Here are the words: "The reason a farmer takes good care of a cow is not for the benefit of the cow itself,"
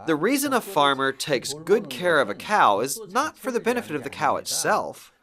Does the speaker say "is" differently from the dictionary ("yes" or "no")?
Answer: no